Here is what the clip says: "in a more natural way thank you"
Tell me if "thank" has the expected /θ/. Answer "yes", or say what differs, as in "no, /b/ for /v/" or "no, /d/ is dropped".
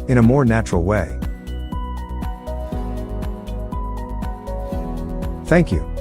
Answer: yes